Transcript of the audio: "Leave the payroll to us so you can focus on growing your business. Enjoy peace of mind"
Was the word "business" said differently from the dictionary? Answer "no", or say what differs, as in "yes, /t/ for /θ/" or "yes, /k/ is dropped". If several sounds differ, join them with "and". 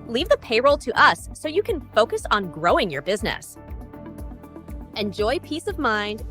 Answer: no